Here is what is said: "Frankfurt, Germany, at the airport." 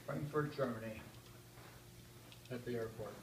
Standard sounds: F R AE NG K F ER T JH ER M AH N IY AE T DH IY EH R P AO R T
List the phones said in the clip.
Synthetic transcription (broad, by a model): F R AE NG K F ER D JH ER M AH N IY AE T DH IY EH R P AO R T